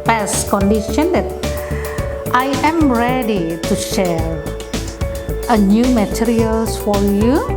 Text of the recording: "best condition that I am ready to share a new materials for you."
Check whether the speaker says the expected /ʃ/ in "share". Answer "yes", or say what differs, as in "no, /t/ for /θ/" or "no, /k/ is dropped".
yes